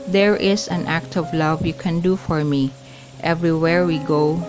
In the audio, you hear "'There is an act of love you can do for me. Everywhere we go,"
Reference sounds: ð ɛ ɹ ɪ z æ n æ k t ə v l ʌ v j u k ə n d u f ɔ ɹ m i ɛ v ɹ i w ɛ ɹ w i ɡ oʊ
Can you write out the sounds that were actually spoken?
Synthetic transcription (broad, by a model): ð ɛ ɹ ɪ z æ n æ k t ə v l ʌ v j u k ə n d u f ɔ ɹ m i ɛ v ɹ i w ɛ ɹ w i ɡ oʊ